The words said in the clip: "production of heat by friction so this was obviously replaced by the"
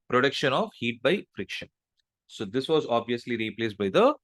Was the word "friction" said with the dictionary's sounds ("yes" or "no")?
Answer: yes